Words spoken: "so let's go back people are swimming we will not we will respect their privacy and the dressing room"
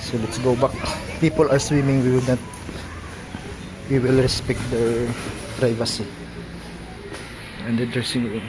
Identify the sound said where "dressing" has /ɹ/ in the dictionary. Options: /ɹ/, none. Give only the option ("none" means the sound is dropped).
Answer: none